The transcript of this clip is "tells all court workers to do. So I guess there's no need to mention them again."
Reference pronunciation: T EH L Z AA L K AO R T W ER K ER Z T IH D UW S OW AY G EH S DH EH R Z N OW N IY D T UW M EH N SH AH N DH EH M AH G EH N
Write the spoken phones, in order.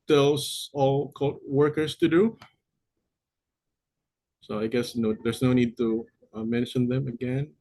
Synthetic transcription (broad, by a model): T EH L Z AA L K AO L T W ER K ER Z T IH D UW S OW AY G EH S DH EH R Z N OW N IY D T UW M EH N SH AH N DH EH M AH G EH N